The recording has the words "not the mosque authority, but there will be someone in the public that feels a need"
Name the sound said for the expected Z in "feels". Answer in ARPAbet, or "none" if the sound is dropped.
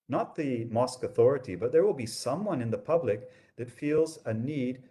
Z